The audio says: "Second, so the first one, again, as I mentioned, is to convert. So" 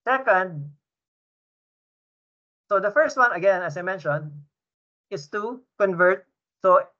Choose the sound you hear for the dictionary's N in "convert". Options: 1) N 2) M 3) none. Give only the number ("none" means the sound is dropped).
1